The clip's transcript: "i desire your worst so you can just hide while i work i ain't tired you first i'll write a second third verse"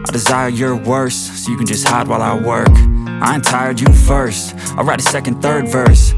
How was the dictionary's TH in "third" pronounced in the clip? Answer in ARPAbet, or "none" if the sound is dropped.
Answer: TH